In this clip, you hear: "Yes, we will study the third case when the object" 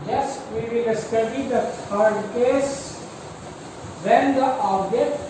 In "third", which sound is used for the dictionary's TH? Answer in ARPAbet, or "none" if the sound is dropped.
F